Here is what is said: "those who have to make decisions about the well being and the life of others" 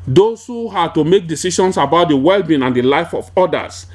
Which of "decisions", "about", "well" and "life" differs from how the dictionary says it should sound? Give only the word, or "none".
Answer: decisions